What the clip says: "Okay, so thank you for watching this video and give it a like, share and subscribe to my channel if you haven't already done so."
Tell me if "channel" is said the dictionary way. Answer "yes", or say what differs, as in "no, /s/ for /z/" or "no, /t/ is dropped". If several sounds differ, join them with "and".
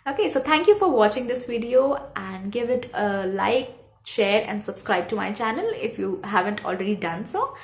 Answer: yes